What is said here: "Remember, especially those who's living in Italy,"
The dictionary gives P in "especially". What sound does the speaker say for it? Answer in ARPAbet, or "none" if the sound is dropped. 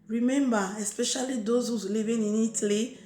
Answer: P